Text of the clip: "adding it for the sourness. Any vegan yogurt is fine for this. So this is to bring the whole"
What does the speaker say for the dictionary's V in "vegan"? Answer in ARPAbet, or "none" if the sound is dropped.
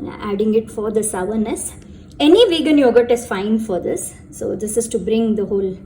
V